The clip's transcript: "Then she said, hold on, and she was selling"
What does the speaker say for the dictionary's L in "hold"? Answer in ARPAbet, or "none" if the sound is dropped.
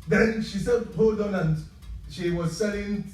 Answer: none